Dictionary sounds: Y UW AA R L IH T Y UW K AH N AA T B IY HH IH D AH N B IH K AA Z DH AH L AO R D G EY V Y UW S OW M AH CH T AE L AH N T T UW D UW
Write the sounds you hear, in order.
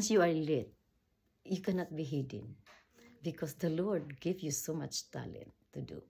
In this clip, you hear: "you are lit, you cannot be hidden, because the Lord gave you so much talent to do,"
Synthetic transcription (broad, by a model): Y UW AA R L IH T Y UW K AH N AA T B IY HH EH D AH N B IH K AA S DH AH L AO R D G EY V Y UW S OW M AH CH T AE L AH N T T UW D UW